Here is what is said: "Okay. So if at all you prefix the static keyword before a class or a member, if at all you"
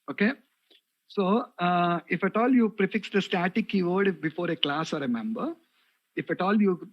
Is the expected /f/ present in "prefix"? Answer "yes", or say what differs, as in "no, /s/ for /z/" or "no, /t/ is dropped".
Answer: yes